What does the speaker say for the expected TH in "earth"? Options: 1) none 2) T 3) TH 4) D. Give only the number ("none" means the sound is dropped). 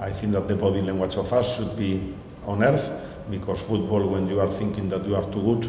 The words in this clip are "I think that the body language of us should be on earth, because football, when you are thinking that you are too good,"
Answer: 3